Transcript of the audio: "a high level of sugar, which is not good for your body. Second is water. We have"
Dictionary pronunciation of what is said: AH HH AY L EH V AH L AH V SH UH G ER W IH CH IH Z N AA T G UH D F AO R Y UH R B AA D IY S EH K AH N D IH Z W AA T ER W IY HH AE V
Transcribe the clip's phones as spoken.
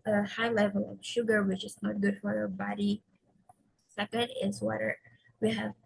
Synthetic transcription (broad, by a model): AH HH AY L EH V AH L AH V SH UH G ER W IH CH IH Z N AA T G UH D F AO R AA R B AA D IY S EH K AH N D IH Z W AA T ER W IY HH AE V